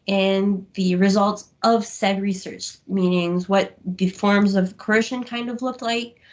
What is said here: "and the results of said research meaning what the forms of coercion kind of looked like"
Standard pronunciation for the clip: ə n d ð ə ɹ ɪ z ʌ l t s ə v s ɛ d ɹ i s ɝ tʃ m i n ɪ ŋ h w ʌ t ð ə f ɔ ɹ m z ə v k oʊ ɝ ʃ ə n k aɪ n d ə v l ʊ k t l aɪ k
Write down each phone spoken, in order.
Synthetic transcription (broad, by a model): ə n ð ə ɹ ɪ z ʌ l t s ə v s ɛ d ɹ i s ɝ tʃ m i n ɪ ŋ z w ʌ t ð ə f ɔ ɹ m z ə v k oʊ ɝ ʃ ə n k aɪ n d ə v l ʊ k t l aɪ k